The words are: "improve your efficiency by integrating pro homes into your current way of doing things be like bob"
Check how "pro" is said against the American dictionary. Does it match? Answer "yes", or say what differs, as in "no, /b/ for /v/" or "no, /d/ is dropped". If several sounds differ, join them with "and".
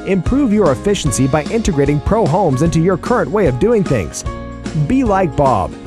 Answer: yes